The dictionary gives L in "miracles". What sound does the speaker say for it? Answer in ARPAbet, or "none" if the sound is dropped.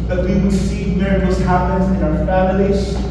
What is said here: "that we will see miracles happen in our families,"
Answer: none